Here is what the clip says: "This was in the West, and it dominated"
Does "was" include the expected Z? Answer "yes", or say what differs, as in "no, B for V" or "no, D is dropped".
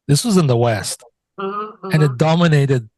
yes